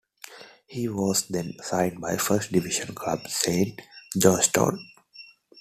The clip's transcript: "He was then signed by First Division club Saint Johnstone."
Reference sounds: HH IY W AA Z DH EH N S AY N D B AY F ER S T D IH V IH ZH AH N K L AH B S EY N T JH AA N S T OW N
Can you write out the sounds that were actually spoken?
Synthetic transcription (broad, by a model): HH IY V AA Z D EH N S AY N D B AY F ER S T D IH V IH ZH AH N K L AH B S EY N T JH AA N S T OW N